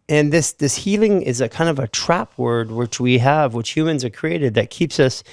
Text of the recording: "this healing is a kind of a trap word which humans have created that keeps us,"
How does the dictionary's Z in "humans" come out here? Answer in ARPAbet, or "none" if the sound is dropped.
Z